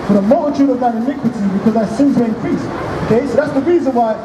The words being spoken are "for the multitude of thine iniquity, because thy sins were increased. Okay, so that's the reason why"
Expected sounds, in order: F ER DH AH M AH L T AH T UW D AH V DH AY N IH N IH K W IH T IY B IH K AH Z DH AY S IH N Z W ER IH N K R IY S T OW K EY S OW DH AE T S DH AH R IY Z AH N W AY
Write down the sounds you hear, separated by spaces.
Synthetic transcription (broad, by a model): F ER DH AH M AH L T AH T UW D AH V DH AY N IH N IH K W IH T IY B IH K AH Z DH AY S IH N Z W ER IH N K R IY S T OW K EY S OW DH AE T S DH AH R IY Z AH N W AY